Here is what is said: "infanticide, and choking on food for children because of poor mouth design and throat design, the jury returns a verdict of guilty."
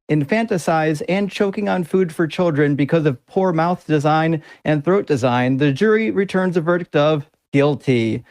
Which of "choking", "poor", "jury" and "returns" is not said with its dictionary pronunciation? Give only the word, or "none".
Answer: none